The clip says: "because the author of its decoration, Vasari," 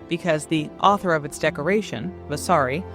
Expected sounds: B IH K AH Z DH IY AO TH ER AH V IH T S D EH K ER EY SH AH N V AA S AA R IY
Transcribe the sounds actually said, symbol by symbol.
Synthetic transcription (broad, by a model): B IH K AH Z DH IY AO TH ER AH V IH T S D EH K ER EY SH AH N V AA S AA R IY